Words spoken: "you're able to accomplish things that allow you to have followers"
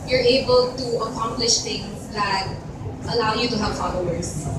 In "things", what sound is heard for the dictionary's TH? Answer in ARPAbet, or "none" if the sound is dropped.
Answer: T